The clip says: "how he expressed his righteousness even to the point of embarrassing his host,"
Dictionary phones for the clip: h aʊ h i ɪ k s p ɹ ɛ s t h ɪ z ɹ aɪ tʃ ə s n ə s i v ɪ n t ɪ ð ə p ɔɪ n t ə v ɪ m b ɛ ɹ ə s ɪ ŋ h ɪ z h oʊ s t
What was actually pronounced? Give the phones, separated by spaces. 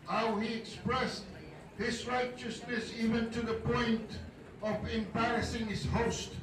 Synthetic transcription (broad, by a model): h aʊ h i ɪ k s p ɹ ɛ s t h ɪ z ɹ aɪ tʃ ə s n ə s i v ɪ n t ɪ ð ə p ɔɪ n t ə v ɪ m b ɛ ɹ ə s ɪ ŋ h ɪ z h oʊ s t